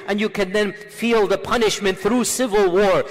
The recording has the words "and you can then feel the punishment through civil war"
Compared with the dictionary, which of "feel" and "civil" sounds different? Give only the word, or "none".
none